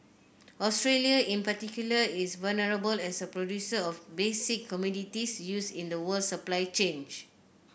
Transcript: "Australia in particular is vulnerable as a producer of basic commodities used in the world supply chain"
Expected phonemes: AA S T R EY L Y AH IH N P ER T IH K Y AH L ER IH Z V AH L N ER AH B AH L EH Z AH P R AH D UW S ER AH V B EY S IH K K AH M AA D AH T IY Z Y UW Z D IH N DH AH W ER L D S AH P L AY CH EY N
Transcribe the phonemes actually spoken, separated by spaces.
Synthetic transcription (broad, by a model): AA S T R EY L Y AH IH N P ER T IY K Y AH L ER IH S V AH L N ER AH B AH L EH S AH P R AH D UW S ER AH F B EY S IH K K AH M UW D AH T IY S Y UW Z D IH N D AH W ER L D S AH P L AY CH EY N